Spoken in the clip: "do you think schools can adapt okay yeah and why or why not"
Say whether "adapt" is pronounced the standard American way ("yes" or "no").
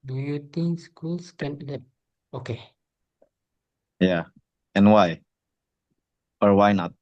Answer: no